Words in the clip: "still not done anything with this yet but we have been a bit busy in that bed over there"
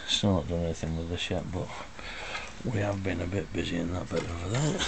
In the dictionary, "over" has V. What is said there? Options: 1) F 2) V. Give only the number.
1